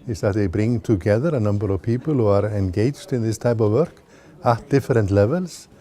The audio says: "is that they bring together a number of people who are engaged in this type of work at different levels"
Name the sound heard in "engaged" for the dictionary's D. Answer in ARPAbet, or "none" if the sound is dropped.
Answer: D